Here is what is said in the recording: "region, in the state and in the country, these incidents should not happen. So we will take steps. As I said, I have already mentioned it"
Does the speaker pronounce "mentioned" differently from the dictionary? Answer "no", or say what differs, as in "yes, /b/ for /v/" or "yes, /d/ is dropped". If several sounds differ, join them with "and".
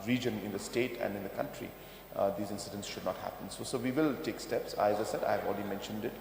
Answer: no